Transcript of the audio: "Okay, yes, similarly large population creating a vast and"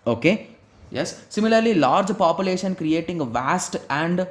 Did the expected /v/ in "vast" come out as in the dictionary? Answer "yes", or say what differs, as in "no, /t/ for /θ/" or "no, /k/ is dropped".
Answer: yes